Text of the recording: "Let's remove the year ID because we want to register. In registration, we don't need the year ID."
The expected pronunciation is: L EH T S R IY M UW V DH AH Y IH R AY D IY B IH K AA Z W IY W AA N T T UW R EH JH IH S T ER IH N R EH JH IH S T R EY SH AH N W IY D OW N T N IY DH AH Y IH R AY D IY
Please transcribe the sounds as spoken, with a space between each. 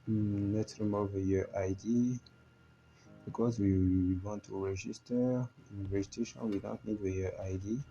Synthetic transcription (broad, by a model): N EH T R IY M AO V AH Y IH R AY D IY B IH K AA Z W IY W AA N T T UW R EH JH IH S T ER IH N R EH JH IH T EY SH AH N W IY D OW N T N IY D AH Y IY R AY D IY